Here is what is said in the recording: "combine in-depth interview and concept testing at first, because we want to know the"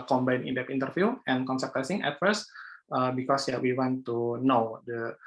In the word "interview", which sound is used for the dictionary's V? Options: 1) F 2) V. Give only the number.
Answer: 1